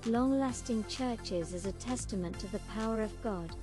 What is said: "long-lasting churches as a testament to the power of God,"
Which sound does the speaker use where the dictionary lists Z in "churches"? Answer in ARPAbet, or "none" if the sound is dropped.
Z